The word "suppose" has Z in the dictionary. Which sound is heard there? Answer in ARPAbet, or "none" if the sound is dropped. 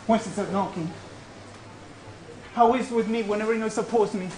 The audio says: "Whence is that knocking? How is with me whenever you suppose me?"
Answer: S